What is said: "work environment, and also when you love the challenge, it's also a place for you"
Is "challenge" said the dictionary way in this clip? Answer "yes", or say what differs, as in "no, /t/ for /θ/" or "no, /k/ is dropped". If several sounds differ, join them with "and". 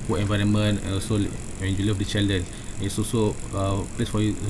no, /dʒ/ is dropped